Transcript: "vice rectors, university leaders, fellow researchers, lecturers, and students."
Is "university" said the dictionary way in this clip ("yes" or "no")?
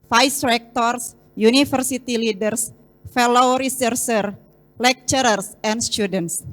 no